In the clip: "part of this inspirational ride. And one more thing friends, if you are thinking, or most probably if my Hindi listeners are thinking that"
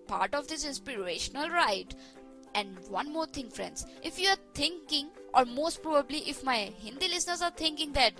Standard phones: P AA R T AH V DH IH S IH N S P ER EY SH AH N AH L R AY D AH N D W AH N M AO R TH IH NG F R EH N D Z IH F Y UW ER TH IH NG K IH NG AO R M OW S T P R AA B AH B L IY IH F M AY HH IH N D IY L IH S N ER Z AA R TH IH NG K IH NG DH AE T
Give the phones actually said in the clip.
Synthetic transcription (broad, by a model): P AA R T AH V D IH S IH N S P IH EY SH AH N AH L R AY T AH N D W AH N M AO R T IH NG F R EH N D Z IH F Y UW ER T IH NG K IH NG AO R M OW S T P R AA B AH B L IY IH F M AY HH IH N D IY L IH S N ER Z AA R T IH NG K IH NG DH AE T